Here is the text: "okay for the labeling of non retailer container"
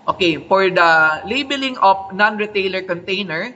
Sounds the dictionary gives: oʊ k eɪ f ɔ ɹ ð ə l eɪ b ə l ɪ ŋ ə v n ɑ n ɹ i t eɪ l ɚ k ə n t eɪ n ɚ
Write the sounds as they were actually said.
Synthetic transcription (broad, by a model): oʊ k eɪ f ɔ ɹ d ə l eɪ b ə l ɪ ŋ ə p n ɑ n ɹ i t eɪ l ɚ k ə n t eɪ n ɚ